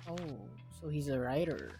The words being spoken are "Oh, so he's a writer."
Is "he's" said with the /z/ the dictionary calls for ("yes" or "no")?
yes